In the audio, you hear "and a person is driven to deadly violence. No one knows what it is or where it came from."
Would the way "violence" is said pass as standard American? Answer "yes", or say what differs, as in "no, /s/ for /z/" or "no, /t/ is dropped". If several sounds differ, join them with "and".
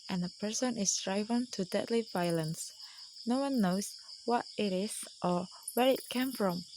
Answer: yes